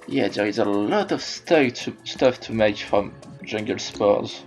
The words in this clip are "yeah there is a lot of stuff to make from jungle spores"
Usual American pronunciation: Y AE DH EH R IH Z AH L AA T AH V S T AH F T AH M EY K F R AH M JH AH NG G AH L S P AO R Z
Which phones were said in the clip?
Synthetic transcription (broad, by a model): Y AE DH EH R IH Z AH L AA T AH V S T AH F T AH M EY K F R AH M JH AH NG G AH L S P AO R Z